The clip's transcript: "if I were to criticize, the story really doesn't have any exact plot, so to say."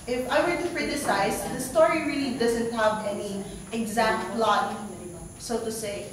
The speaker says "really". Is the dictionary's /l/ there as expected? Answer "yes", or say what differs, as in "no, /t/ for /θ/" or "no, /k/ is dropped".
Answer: yes